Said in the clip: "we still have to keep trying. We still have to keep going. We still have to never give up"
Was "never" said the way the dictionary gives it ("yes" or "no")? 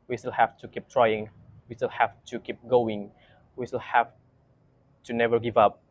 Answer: yes